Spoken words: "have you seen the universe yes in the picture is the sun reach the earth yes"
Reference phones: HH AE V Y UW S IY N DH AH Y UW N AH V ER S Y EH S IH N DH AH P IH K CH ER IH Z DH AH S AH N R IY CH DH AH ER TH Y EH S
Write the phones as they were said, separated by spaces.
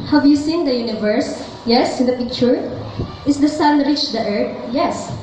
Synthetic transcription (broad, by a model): HH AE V Y UW S IY N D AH Y UW N AH V ER S Y EH S IH N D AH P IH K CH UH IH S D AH S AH N R IY CH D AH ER T Y EH S